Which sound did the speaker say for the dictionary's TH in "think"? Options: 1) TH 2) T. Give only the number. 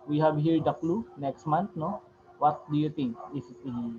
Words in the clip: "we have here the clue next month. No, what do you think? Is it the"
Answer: 2